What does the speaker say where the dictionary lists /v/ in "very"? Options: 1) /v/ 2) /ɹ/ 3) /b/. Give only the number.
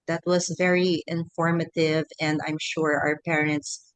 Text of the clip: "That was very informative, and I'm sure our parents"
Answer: 1